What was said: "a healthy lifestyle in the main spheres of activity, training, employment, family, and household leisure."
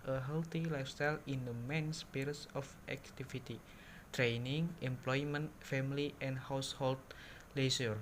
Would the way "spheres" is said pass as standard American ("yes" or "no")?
no